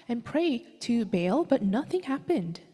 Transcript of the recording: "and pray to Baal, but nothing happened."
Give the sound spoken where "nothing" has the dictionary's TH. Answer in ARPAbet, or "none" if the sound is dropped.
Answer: TH